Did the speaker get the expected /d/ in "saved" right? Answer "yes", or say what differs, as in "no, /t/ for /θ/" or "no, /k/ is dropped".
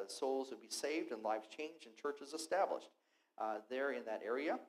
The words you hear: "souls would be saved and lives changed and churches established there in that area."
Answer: yes